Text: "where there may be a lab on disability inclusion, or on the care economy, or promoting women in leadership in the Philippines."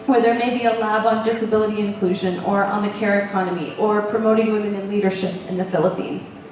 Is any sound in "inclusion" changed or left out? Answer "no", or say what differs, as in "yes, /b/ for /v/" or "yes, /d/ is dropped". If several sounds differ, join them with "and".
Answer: no